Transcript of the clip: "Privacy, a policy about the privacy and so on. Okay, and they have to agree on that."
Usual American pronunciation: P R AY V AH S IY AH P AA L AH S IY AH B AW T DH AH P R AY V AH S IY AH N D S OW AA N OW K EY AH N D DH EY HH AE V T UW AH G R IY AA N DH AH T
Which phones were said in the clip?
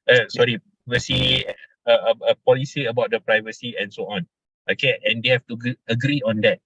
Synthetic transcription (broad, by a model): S R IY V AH S IY AH P AA L AH S IY AH B AW T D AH P R AY V AH S IY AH N S OW AA N OW K EY AH N D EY HH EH F T UW AH G R IY AA N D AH T